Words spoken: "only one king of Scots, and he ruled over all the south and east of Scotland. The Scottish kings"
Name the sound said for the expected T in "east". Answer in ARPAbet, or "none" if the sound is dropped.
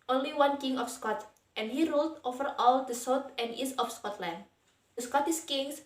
none